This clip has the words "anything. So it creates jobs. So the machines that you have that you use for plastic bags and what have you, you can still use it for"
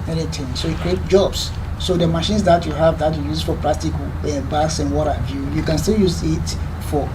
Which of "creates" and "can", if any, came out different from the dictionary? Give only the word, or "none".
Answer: creates